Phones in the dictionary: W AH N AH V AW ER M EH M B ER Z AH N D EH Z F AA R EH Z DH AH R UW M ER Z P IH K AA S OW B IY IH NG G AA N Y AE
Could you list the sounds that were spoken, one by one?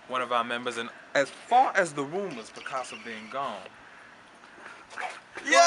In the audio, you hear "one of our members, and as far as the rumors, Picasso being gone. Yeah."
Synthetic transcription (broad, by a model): W AH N AH V AW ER M EH M B ER Z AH N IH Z F AA R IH Z DH AH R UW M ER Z B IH K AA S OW B IY IH NG G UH N Y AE